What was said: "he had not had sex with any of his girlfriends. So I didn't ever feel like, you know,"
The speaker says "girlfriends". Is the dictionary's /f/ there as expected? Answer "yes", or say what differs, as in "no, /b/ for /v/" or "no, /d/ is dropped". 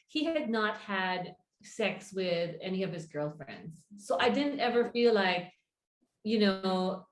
yes